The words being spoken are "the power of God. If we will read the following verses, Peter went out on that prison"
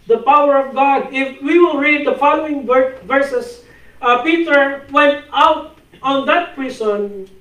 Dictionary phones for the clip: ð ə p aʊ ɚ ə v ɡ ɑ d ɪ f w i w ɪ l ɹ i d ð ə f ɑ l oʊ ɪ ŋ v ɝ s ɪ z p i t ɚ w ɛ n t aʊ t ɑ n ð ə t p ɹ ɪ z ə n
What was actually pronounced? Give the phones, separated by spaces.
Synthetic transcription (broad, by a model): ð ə p aʊ ɚ ə v ɡ ɑ d ɪ f w i w ɪ l ɹ i d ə f ɑ l oʊ ɪ ŋ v ɝ s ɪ s p i t ɚ w ɛ n t aʊ t ɑ n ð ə t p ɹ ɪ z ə n